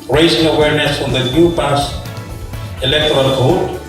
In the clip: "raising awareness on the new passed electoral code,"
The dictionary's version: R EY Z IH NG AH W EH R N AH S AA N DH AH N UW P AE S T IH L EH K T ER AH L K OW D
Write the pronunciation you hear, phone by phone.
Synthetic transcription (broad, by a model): R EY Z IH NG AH W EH R N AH S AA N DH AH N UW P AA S IH L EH K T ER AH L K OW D